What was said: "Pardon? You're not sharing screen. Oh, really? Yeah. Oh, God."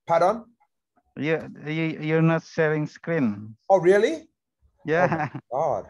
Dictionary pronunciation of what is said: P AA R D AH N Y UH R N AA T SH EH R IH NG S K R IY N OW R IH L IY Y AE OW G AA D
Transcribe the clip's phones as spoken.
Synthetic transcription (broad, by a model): P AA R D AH N Y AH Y N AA T S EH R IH NG S K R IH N OW R IH L IY Y AE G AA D